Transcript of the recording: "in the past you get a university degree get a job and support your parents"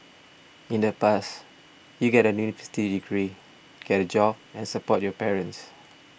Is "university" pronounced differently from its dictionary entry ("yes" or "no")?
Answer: yes